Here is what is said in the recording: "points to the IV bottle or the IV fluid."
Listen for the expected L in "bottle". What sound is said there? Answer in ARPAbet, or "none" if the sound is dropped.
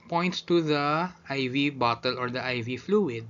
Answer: L